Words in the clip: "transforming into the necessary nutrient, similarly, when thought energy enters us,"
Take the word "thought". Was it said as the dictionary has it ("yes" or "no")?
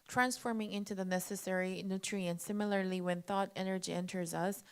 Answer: yes